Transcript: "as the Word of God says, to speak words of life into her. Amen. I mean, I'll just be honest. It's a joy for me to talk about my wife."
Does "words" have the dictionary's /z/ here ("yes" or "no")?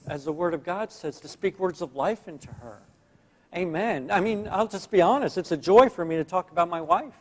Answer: yes